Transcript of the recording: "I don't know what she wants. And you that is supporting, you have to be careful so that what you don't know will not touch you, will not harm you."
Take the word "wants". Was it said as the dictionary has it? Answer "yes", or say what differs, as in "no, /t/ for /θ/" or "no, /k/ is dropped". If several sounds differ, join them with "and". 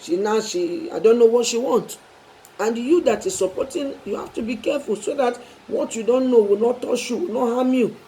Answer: no, /s/ is dropped